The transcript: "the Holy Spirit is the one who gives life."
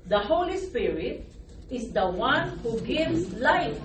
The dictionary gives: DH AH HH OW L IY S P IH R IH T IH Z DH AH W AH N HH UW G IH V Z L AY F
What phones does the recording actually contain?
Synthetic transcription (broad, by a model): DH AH HH OW L IY S P IH R IH T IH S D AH W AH N HH UW G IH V S L AY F